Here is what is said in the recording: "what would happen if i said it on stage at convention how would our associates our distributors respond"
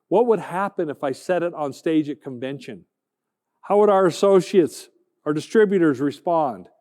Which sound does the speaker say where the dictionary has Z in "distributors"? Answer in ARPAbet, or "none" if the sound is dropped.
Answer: Z